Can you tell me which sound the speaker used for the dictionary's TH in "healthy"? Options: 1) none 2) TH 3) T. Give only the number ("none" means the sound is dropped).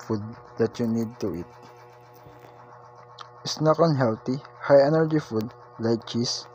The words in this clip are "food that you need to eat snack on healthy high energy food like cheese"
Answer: 3